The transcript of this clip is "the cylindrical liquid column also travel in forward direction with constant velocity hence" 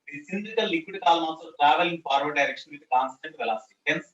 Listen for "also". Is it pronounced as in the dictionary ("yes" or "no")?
no